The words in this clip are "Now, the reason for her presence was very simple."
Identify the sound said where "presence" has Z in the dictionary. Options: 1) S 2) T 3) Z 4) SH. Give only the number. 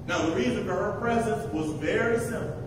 3